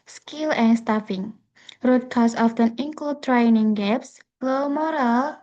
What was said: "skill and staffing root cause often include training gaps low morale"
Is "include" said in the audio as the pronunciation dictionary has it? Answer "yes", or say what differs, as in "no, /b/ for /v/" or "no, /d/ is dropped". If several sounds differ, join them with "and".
no, /l/ is dropped